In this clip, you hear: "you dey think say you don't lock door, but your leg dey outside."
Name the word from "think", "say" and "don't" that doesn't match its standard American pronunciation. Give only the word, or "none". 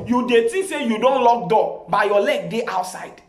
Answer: think